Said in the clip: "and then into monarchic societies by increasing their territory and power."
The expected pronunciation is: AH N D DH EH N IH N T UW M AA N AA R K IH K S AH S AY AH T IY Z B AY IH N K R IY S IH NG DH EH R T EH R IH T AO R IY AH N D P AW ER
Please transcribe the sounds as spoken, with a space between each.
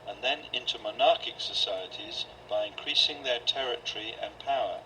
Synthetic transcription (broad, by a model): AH N DH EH N IH N T UW M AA N AA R K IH K S AH S AY AH T IY Z B AY IH N K R IY S IH NG DH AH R T EH R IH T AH R IY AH N P AW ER